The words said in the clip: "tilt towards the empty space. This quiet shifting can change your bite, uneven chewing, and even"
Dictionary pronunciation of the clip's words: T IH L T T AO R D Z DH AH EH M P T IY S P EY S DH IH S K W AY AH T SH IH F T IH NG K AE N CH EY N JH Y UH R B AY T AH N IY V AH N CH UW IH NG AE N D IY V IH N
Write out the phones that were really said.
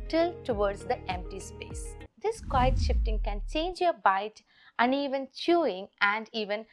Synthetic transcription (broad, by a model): T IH L T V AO R D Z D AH EH M P T IY S P EY S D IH S K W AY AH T SH IH F T IH NG K AE N CH EY N JH Y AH R B AY T AH N IY V AH N CH UW IH NG AE N D IY V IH N